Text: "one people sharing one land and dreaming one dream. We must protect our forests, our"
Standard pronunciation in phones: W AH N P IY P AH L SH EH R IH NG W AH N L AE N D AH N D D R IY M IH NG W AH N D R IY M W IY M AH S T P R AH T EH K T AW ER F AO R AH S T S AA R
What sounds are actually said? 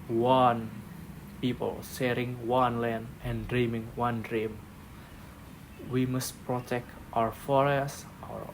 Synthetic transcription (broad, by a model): W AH N P IY P AH L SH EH R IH NG W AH N L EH N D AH N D D R IY M IH NG W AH N D R IY M W IY M AH S T P R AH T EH K T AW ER F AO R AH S S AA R